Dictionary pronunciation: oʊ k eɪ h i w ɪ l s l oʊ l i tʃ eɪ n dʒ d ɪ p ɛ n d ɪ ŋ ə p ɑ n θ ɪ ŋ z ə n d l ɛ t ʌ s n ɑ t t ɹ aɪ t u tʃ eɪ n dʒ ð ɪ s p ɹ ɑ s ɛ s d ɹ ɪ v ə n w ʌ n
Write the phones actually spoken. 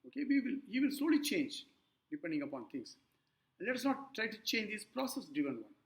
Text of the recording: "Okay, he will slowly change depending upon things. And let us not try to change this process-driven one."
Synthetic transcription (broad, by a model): oʊ k eɪ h i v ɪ l s l oʊ l i tʃ eɪ n dʒ d ɪ p ɛ n d ɪ ŋ ə p ɑ n t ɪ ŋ s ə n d l ɛ t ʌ s n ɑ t t ɹ aɪ t u tʃ eɪ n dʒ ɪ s p ɹ ɑ s ɛ s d ɪ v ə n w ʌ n